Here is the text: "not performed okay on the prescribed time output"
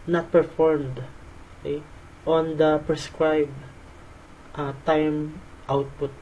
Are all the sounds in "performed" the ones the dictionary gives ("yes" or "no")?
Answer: yes